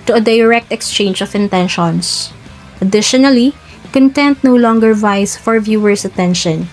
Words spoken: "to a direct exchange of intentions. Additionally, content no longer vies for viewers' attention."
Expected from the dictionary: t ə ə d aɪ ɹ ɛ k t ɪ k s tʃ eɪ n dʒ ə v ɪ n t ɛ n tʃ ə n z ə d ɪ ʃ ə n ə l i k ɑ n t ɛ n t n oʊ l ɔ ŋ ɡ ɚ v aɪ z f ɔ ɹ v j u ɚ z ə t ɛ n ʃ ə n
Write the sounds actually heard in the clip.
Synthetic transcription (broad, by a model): t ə ə d aɪ ɹ ɛ k t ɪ k s tʃ eɪ n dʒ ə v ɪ n t ɛ n ʃ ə n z ə d ɪ ʃ ə n ə l i k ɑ n t ɛ n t n oʊ l ɔ ŋ ɡ ɚ v aɪ s f ɔ ɹ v j u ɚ s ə t ɛ n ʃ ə n